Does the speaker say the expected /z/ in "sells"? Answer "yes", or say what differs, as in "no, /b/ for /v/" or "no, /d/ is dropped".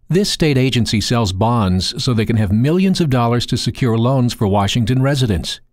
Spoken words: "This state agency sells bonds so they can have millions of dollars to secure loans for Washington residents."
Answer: yes